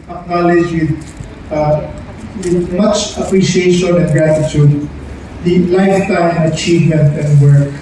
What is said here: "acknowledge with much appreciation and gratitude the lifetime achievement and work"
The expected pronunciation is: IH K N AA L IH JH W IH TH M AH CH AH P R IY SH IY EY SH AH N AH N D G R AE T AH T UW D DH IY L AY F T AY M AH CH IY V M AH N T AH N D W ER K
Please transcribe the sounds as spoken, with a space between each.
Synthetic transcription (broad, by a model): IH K N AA L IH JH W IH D M AH CH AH P R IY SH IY EY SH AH N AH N G R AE T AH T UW D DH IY L AY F T AY M AH CH IY V M AH N T AH N D W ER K